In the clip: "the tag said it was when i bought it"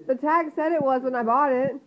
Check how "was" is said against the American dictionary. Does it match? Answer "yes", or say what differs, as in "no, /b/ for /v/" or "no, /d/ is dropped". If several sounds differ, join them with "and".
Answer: yes